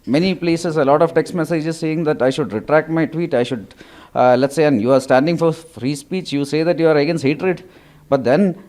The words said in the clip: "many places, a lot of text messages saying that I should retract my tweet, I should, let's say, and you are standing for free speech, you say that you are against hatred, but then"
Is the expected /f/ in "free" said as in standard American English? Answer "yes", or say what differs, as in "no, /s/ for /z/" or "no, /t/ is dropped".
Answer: yes